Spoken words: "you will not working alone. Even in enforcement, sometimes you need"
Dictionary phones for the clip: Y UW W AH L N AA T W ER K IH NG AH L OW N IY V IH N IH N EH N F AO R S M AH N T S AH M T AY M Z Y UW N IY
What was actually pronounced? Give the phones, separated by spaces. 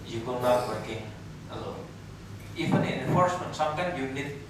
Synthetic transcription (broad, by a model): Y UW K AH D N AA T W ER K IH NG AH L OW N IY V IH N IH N EH N F AO R S M AH N T S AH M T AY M Y UW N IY